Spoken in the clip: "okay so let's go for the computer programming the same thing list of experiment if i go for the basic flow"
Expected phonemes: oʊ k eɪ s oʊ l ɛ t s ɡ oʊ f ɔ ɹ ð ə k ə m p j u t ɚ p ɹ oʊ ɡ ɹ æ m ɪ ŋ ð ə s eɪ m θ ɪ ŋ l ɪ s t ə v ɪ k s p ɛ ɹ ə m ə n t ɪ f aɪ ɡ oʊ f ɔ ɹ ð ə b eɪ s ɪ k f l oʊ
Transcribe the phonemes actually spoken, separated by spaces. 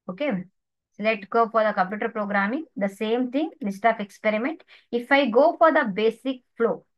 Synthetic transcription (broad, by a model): oʊ k eɪ s oʊ l ɛ t s ɡ oʊ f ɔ ɹ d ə k ə m p j u t ɚ p ɹ oʊ ɡ ɹ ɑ m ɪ ŋ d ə s eɪ m t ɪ ŋ l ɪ s t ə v ɪ k s p ɛ ɹ ə m ə n t ɪ f aɪ ɡ oʊ f ɔ ɹ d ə b eɪ s ɪ k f l oʊ